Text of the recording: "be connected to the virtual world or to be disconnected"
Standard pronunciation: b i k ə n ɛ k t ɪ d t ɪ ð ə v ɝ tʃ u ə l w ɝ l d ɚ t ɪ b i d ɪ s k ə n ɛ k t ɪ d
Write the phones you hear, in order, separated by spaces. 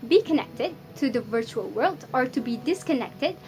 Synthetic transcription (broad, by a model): b i k ə n ɛ k t ɪ d t ɪ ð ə v ɝ tʃ u ə l w ɝ l d ɚ t ɪ b i d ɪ s k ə n ɛ k t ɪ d